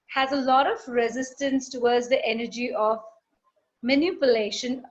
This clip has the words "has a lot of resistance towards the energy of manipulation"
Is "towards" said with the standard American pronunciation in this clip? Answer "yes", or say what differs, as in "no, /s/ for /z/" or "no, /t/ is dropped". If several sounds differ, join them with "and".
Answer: no, /w/ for /ɹ/